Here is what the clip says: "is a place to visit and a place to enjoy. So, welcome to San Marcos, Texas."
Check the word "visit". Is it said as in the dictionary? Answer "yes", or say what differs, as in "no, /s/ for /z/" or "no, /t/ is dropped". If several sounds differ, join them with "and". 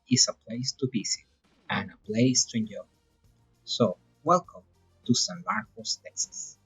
no, /b/ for /v/ and /s/ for /z/